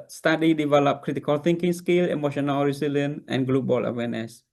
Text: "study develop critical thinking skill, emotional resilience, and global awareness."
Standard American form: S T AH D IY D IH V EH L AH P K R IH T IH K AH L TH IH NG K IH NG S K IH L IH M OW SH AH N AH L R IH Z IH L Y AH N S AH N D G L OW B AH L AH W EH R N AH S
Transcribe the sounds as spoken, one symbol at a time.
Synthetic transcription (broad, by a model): S T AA D IY D IH V EH L AH P K R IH T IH K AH L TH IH NG K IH NG S K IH L IH M OW SH AH N AH L R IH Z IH L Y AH N AH N G L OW B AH L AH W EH N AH S